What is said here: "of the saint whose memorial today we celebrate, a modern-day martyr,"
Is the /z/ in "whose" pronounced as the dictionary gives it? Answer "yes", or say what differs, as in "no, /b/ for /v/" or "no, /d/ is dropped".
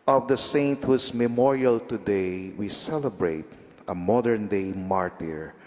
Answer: no, /s/ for /z/